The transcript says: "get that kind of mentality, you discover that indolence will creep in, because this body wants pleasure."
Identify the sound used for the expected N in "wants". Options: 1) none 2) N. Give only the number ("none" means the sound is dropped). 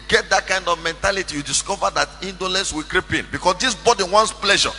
2